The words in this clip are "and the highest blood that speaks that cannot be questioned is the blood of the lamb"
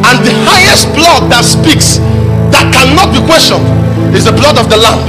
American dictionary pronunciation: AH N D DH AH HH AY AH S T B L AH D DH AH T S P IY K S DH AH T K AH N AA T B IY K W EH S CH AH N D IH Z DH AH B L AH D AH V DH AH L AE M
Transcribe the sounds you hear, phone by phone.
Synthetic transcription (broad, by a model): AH N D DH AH HH AY AH S T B L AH D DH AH T S P IY K S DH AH T K AH N AA T B IY K W EH S CH AH N D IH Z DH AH B L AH D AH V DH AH L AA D